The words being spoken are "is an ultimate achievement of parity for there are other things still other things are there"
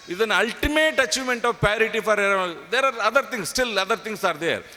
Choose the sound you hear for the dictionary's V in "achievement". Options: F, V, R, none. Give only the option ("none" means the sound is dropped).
none